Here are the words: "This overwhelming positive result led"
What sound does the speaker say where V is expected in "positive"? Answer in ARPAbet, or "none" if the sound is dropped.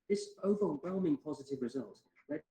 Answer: V